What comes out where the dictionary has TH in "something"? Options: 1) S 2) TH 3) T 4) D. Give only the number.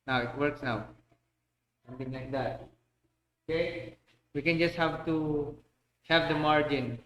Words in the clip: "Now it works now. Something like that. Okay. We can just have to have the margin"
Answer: 3